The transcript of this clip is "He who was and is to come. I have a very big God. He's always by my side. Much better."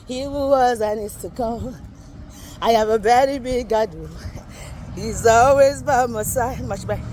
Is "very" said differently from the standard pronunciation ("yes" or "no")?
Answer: yes